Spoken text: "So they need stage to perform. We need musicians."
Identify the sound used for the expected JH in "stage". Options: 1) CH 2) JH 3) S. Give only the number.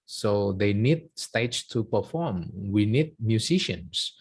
1